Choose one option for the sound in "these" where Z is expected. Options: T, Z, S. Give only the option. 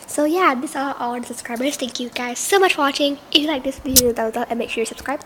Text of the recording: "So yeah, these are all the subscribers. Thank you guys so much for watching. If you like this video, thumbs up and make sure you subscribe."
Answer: S